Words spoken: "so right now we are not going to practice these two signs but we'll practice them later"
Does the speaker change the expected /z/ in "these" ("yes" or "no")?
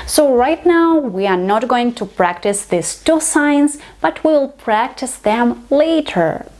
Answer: yes